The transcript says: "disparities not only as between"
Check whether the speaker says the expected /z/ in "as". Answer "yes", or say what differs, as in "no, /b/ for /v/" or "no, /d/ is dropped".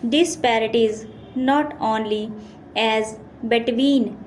yes